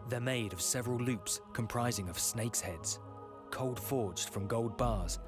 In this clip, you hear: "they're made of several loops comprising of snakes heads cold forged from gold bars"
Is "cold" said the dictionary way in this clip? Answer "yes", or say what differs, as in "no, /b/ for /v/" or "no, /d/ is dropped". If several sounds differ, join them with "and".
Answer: yes